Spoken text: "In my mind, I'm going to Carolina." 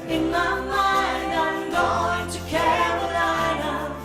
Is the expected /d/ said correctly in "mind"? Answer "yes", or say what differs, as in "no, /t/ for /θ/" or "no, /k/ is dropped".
no, /d/ is dropped